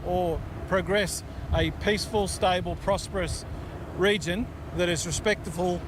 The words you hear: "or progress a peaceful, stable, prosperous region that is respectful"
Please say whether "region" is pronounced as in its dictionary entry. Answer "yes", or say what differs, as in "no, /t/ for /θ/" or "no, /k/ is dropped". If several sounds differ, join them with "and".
yes